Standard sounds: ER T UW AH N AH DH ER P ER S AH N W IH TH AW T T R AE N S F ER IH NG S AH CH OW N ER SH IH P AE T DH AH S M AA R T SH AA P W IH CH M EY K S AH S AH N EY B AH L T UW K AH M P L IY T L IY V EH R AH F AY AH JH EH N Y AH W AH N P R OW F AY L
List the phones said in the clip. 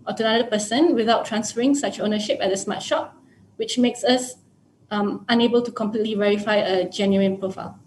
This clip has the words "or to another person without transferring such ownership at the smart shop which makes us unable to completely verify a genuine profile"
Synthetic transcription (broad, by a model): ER T UW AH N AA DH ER P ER S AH N W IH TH AW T T R AE N S F ER IH NG S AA CH OW N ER SH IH P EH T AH S M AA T SH AA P W IH CH M EY K S AH S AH N EY B AH L T UW K AH M P L IY T L IY V EH R AH F AY AH JH EH N Y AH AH N P R OW F AY L